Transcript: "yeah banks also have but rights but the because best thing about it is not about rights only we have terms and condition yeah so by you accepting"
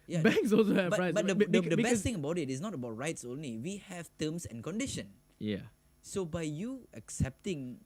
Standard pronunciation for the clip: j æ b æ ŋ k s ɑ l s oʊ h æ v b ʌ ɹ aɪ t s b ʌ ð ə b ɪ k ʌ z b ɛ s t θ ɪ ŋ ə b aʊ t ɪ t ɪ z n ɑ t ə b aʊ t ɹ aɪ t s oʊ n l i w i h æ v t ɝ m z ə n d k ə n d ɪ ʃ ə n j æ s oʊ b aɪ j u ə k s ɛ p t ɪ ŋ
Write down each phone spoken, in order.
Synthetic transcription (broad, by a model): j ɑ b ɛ ŋ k s ɑ l s oʊ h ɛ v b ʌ ɹ aɪ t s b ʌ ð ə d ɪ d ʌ b ɛ s t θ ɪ ŋ ə b aʊ t ɪ t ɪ s n ɑ t ə b aʊ t ɹ aɪ t s oʊ n l i w i h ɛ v t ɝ m s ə n k ə n d ɪ ʃ ə n j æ s oʊ b aɪ j u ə k s ɛ p t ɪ ŋ